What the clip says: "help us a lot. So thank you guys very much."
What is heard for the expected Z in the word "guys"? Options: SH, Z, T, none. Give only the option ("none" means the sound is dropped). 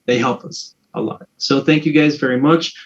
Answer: Z